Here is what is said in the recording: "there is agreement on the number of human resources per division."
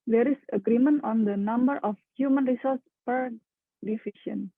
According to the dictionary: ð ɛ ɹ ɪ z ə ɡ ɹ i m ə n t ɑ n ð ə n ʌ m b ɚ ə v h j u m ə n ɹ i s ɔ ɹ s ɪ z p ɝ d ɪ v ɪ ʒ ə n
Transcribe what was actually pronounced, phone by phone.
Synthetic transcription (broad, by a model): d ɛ ɹ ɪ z ə ɡ ɹ i m ə n t ɑ n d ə n ʌ m b ɚ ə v h j u m ə n ɹ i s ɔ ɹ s p ɝ d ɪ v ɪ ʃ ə n